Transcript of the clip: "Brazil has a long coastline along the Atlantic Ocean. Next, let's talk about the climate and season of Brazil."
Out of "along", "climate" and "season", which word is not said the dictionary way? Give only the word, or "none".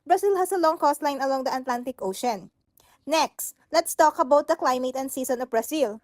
season